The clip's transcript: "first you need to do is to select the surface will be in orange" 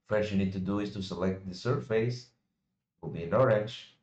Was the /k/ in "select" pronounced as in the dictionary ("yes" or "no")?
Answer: yes